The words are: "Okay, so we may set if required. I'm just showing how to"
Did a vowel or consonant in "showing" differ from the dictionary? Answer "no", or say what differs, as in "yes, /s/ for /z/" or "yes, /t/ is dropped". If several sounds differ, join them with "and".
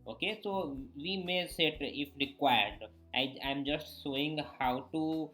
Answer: yes, /s/ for /ʃ/